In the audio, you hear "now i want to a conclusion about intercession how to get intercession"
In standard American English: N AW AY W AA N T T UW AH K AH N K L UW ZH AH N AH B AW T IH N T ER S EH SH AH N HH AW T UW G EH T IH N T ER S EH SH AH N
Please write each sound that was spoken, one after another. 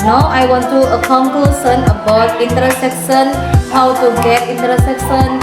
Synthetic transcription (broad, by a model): N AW AY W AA N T T UW AH K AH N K L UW S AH N AH B AW T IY N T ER S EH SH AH N HH AW T UW G EH T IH N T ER S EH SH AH N